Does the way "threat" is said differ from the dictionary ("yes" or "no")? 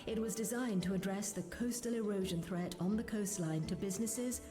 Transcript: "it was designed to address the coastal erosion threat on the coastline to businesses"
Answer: no